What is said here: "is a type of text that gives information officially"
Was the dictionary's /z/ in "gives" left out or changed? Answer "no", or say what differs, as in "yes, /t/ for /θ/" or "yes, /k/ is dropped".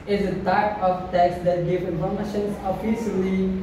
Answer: yes, /z/ is dropped